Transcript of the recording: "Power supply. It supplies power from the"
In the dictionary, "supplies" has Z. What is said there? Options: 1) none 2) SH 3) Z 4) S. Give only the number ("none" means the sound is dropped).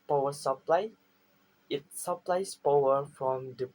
4